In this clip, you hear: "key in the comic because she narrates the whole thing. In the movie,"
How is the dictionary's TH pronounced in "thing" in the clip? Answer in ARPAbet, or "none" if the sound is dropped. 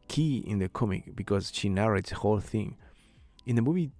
TH